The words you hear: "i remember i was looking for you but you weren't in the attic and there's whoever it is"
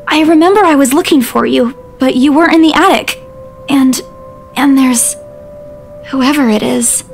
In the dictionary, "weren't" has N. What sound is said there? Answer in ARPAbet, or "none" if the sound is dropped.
none